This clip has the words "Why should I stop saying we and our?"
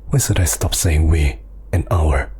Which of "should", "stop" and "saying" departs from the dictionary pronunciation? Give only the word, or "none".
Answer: should